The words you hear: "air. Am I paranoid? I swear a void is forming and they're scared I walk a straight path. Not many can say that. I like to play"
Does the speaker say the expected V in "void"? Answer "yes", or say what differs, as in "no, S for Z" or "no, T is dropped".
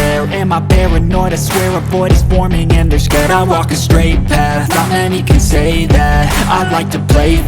no, B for V